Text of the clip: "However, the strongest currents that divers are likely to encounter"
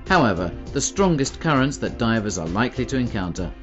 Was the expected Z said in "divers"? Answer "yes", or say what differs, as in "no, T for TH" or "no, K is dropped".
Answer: yes